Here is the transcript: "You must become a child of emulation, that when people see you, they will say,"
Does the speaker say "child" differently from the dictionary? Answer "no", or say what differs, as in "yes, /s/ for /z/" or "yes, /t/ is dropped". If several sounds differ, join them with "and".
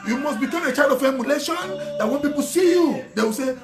yes, /l/ is dropped